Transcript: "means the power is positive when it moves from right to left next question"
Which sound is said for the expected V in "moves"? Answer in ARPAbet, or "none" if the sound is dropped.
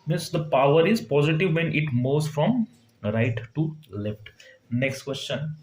none